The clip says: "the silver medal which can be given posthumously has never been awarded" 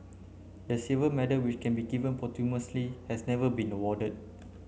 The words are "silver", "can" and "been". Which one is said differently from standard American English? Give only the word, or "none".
silver